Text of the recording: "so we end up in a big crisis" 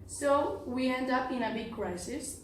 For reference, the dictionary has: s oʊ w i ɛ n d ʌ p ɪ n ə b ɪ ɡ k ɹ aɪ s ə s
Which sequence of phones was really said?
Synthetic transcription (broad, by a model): s oʊ w i ɛ n d ʌ p ɪ n ə b ɪ ɡ k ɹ aɪ s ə s